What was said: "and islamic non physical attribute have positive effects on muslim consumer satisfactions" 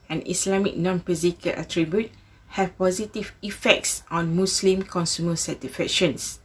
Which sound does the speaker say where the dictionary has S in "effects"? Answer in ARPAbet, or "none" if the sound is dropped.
S